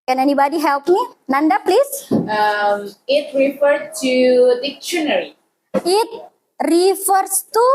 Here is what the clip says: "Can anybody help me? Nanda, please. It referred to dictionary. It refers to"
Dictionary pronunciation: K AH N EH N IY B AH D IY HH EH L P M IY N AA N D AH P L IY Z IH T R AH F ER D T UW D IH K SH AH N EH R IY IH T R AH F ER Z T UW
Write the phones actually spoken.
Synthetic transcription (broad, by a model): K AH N EH N IY B AH D IY HH EH L P M IY N AA N D AH P L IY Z IH T R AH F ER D T UW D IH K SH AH N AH R IY IH T R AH F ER S T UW